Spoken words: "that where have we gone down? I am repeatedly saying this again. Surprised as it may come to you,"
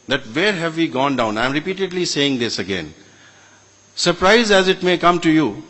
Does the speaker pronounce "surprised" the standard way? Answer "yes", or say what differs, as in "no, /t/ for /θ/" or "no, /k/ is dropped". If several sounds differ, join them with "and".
no, /d/ is dropped